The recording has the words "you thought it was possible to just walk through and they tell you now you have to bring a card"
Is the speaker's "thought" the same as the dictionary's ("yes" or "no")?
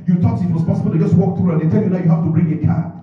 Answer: no